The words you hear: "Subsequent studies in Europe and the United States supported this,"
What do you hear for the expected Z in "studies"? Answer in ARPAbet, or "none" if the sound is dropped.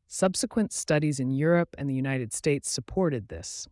Z